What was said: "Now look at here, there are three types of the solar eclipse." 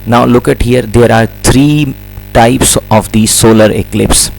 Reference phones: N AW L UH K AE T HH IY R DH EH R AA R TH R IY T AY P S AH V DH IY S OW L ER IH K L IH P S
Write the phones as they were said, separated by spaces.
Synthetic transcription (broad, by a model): N AW L UH K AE T HH IY R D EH R AA R T R IY T AY P S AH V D IY S OW L ER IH K L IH P S